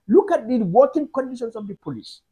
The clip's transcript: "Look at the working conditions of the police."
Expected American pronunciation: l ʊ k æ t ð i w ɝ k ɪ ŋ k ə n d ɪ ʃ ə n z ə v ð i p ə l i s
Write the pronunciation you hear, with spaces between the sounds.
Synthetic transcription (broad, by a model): l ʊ k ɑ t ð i w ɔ k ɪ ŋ k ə n d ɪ ʃ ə n s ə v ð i p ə l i s